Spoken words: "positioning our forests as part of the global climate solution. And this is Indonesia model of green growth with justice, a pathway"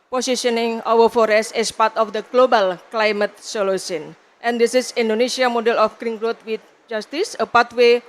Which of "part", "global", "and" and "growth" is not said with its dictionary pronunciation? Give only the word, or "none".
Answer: growth